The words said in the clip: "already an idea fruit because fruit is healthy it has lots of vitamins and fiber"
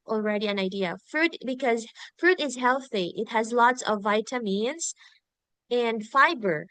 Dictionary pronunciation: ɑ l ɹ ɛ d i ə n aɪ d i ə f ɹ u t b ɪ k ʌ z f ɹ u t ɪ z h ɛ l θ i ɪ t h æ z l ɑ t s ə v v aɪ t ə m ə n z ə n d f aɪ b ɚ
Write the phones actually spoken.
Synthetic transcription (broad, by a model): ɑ l ɹ ɛ d i ə n aɪ d i ə f ɹ u t b ɪ k ʌ z f ɹ u t ɪ z h ɛ l θ i ɪ t h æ z l ɑ t s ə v v aɪ t ə m ə n z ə n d f aɪ b ɚ